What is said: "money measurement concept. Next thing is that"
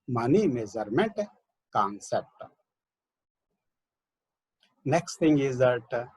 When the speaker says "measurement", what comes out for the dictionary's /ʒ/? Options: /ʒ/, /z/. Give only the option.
/z/